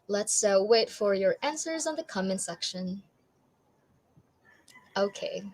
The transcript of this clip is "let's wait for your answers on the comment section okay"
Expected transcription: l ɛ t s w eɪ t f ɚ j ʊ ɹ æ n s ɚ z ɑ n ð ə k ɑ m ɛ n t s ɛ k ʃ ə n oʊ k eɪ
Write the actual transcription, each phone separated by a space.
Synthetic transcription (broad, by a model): l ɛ t s w eɪ t f ɚ j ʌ ɹ æ n s ɚ z n ð ə k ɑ m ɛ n s ɛ k ʃ ə n oʊ k eɪ